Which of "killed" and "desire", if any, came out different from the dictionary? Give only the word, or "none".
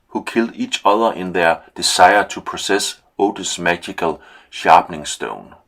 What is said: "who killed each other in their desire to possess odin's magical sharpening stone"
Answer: desire